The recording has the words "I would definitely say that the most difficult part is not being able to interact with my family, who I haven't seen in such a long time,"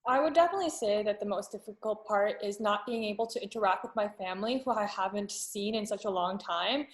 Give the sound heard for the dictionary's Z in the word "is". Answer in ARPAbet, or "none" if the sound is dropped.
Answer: Z